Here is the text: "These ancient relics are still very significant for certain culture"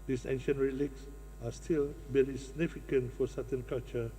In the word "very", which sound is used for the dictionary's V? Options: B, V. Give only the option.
B